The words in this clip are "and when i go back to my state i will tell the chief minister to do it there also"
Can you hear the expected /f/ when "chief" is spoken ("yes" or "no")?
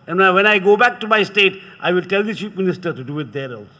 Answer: no